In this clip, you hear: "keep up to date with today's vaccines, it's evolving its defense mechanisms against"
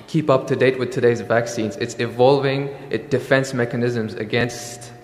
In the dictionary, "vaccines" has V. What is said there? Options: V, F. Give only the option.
V